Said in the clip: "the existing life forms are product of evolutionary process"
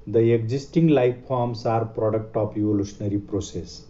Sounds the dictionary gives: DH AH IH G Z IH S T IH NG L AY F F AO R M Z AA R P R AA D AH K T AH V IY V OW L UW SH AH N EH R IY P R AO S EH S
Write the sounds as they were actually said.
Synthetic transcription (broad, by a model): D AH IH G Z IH S T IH NG L AY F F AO R M S AA R P R AA D AH K T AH P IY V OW L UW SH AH N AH R IY P R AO S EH S